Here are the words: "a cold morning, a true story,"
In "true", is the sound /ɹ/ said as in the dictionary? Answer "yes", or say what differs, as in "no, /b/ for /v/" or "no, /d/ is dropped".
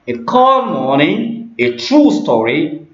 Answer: yes